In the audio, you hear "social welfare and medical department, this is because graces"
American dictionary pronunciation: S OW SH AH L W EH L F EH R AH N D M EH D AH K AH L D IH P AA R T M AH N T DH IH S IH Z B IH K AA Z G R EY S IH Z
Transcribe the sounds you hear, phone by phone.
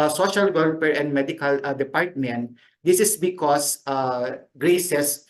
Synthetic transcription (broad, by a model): S OW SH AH L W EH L P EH R AH N D M EH D AH K AH L D IH P AA R T M AH N T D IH S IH S B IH K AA S G R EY S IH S